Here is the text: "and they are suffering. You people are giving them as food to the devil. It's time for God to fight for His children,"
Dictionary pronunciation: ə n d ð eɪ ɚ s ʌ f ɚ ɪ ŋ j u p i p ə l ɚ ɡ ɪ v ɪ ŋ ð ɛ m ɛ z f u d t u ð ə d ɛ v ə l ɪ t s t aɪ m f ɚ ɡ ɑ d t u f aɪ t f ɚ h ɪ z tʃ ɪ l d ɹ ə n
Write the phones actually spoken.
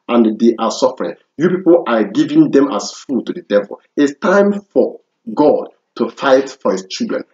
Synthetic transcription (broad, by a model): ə n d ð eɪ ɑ s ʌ f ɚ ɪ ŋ j u p i p ə l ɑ ɡ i v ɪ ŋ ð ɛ m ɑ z f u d t u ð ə d ɛ v ə l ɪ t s t aɪ m f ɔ ɡ ɑ d t u f aɪ t f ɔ h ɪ s tʃ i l d ɹ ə n